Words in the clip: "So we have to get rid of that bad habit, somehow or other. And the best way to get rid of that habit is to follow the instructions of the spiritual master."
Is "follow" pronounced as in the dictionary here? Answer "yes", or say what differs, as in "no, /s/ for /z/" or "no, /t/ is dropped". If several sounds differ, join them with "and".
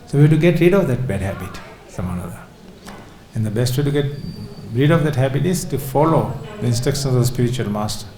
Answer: yes